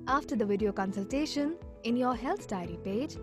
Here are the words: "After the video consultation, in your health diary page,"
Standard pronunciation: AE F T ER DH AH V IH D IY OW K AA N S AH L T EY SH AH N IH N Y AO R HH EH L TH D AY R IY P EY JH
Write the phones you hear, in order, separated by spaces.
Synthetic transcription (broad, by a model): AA F T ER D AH V IH D IY OW K AA N S AH L T EY SH AH N IH N Y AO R HH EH L T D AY R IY P EY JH